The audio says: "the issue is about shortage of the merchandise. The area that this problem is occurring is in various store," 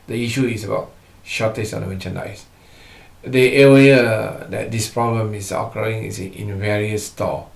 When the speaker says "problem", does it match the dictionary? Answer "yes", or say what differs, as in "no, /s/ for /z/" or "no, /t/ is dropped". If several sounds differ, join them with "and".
yes